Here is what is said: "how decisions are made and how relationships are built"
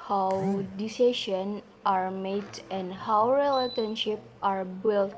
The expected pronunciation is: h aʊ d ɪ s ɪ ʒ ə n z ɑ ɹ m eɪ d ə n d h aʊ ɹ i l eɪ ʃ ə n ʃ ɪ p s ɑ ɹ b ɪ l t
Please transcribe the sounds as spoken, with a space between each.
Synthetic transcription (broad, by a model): h aʊ d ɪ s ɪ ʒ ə n ɑ ɹ m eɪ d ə n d h aʊ ɹ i l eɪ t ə n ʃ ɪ p ɑ ɹ b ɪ l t